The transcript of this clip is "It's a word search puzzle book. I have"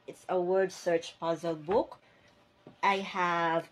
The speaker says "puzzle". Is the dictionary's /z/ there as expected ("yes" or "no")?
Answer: yes